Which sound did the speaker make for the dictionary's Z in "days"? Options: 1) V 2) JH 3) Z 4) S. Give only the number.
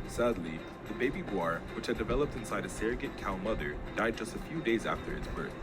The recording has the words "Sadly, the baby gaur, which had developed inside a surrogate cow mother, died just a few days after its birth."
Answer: 3